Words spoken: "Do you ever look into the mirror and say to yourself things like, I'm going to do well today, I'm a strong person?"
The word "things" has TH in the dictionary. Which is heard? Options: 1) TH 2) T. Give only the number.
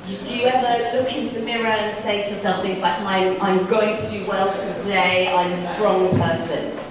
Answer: 1